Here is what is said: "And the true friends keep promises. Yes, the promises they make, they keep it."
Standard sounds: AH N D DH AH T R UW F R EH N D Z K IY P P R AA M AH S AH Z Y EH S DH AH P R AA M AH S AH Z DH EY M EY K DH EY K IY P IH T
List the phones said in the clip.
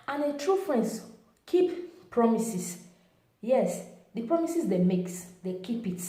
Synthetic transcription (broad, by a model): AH N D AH T R UW F R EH N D S K IY P P R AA M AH S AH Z Y EH S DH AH P R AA M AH S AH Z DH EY M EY K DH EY K IY P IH T